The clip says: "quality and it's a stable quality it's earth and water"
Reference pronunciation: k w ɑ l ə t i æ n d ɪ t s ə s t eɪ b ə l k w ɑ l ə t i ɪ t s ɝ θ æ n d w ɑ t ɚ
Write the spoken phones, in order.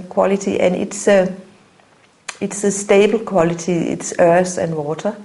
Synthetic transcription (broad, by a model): k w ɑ l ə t i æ n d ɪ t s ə s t eɪ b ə l k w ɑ l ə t i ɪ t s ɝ s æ n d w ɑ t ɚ